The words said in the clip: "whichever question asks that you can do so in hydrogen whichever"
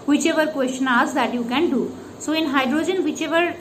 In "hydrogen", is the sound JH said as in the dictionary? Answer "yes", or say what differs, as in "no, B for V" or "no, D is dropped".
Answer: yes